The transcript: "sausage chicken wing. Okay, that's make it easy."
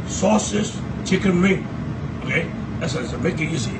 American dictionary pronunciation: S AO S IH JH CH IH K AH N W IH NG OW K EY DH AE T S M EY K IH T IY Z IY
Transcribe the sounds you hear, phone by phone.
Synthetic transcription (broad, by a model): S AO S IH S CH IH K AH N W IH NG OW K EY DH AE S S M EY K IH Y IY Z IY